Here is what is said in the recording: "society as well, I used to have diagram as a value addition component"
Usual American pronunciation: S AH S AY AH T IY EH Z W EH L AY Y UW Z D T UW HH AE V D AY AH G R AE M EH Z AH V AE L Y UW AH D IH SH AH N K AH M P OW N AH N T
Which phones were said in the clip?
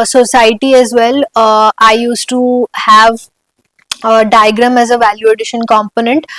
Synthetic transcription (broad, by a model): S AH S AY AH T IY EH Z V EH L AY Y UW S T UW HH AE V D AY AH G R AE M EH Z AH V AE L Y UW AH D IH SH AH N K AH M P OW N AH N T